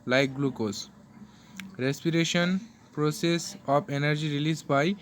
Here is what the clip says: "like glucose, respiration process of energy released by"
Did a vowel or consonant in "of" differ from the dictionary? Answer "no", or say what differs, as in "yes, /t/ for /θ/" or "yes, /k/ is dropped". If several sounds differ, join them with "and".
yes, /p/ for /v/